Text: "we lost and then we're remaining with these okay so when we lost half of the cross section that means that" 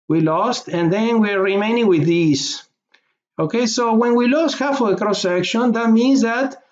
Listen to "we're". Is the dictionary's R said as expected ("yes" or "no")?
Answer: yes